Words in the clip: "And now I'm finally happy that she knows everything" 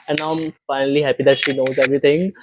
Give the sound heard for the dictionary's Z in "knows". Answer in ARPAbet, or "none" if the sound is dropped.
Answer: Z